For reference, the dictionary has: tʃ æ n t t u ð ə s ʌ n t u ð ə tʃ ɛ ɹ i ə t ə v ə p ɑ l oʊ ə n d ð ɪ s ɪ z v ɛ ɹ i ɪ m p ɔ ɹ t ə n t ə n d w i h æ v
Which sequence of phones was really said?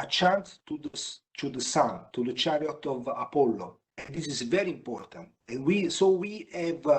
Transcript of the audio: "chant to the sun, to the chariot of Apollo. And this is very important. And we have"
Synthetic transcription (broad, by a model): tʃ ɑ n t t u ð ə s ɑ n t u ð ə tʃ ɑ ɹ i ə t ə v ə p ɑ l oʊ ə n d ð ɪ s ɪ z v ɛ ɹ i ɪ m p ɔ ɹ t ə n t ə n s w i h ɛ v